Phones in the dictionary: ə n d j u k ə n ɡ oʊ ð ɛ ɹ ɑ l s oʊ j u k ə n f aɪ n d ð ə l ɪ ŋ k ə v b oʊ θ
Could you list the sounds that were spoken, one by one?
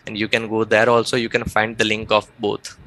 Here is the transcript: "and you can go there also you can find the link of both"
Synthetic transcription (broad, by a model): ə n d j u k ə n ɡ oʊ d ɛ ɹ ɑ l s oʊ j u k ə n f aɪ n d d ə l ɪ ŋ k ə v b oʊ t